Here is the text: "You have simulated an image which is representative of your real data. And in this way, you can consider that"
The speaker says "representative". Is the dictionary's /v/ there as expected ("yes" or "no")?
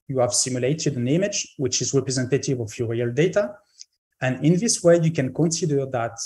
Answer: yes